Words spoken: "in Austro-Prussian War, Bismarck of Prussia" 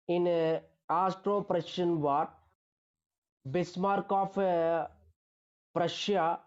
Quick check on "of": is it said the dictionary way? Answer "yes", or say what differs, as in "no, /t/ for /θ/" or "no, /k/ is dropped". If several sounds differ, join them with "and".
no, /p/ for /v/